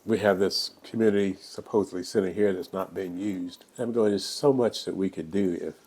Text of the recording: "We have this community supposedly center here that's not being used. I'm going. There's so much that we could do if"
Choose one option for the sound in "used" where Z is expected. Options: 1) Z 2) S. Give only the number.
1